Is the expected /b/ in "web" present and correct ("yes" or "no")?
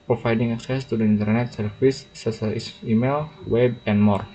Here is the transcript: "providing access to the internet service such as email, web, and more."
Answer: yes